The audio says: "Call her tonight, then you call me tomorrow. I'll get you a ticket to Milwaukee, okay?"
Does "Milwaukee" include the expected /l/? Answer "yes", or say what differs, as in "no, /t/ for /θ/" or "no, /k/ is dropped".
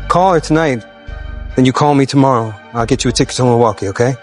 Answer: no, /l/ is dropped